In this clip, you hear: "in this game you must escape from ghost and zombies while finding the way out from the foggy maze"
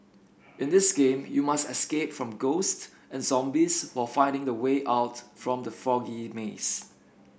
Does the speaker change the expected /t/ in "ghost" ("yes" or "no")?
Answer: no